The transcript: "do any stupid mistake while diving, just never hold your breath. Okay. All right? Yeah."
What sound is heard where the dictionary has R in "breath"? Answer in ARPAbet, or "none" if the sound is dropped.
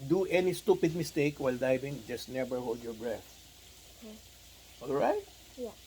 R